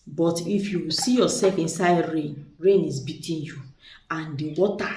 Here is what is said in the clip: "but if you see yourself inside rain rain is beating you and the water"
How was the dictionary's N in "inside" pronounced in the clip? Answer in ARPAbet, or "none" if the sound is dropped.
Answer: N